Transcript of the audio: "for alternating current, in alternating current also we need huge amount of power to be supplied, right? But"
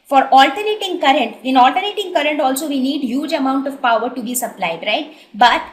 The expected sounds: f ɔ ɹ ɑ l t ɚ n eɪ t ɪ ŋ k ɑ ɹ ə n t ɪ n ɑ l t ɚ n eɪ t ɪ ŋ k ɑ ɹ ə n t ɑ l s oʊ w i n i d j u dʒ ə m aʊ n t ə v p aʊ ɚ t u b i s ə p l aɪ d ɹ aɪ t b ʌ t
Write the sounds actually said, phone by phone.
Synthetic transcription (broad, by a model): f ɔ ɹ ɑ l t ɚ n eɪ t ɪ ŋ k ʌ ɹ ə n t ɪ n ɑ l t ɚ n eɪ t ɪ ŋ k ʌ ɹ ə n t ɑ l s oʊ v i n i d j u dʒ ə m aʊ n t ə v p aʊ ɚ t u b i s ə p l aɪ d ɹ aɪ t b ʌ t